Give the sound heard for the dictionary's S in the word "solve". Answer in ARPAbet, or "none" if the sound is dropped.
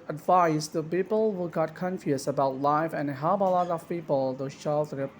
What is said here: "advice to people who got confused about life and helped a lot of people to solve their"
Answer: SH